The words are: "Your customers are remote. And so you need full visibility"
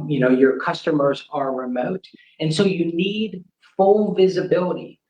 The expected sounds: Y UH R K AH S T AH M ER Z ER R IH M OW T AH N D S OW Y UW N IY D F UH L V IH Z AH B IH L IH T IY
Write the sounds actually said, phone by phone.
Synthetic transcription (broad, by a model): Y UH R K AH S T AH M ER Z ER R IH M OW T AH N S OW Y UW N IY D F UH L V IH Z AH B IH L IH T IY